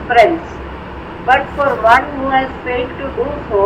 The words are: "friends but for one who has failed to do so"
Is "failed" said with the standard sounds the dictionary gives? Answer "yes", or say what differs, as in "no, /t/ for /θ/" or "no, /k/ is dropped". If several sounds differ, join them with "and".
no, /l/ is dropped